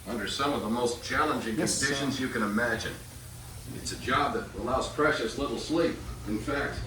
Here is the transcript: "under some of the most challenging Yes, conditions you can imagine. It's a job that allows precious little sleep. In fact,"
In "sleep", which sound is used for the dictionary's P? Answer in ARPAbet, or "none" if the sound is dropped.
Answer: P